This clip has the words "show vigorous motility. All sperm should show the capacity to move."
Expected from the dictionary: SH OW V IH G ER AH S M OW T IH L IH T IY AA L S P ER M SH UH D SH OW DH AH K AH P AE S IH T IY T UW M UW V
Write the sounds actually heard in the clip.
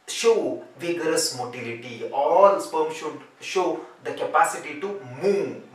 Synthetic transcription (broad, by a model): SH OW V IH G ER AH S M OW T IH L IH T IY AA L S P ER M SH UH D SH OW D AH K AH P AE S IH T IY T UW M UW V